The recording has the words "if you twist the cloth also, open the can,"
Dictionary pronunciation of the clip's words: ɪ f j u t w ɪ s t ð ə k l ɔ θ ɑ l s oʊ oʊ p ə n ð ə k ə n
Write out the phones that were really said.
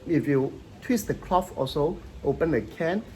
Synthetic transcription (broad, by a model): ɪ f j u t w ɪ s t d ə k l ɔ f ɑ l s oʊ oʊ p ə n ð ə k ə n